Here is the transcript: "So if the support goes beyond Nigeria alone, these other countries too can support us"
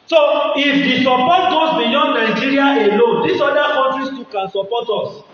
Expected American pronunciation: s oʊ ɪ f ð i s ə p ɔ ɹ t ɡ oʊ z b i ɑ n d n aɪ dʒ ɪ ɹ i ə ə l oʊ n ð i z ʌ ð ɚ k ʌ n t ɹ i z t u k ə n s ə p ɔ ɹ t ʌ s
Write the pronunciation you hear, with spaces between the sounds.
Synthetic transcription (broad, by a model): s oʊ ɪ f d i s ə p ɔ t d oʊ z b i ɑ n d n aɪ dʒ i ɹ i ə ə l oʊ n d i s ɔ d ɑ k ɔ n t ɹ i s t u k ə n s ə p ɔ t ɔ s